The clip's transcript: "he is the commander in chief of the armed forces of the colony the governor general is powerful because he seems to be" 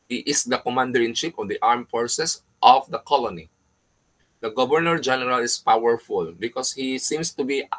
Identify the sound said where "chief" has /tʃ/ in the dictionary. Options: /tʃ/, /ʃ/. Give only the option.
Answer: /ʃ/